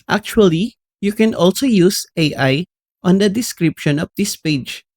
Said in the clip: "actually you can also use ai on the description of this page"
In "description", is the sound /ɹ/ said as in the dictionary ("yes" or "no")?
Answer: yes